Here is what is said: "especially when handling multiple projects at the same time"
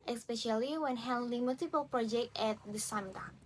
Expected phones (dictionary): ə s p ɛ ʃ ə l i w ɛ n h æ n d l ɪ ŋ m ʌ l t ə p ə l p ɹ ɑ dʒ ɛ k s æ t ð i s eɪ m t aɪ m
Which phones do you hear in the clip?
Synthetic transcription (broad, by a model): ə s p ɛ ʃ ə l i w ɛ n h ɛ l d ɪ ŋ m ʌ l t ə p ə l p ɹ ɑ dʒ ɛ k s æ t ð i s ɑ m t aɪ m